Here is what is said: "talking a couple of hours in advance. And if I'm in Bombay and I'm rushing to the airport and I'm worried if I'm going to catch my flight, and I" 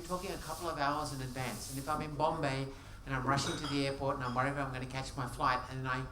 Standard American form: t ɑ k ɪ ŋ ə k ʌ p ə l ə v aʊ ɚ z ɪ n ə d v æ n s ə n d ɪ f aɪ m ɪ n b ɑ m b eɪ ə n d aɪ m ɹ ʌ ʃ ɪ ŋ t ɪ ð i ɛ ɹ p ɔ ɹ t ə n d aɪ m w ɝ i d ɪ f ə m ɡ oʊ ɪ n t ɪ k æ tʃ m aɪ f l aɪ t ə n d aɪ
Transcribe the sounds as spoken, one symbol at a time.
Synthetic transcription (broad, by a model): t ɑ k ɪ ŋ ə k ʌ p l ə v aʊ ɚ z ɪ n ə d v æ n s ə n ɪ f aɪ m ɪ n b ɑ m b eɪ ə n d aɪ m ɹ ʌ ʃ ɪ ŋ t ɪ ð i ɛ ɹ p ɔ ɹ t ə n aɪ m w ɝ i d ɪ ə m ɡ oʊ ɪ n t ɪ k æ tʃ m aɪ f l aɪ t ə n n aɪ